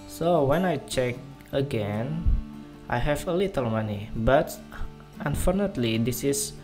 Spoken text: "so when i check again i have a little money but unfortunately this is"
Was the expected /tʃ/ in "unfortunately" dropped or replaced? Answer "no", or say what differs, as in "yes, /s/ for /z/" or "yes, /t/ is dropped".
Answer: yes, /tʃ/ is dropped